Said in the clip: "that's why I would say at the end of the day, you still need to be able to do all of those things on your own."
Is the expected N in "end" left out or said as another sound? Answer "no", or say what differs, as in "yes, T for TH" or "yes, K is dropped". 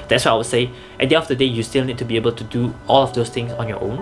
yes, N is dropped